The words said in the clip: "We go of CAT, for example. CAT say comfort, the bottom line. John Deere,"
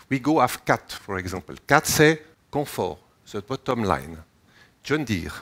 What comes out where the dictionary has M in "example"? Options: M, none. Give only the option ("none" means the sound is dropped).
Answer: none